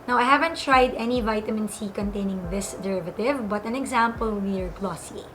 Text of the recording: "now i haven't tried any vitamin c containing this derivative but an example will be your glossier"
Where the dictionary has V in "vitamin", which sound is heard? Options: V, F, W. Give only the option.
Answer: V